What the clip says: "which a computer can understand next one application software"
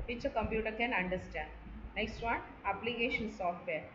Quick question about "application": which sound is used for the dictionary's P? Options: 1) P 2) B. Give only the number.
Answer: 1